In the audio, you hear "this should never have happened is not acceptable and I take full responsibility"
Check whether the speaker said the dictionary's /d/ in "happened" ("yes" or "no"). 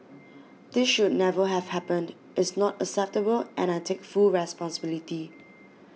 yes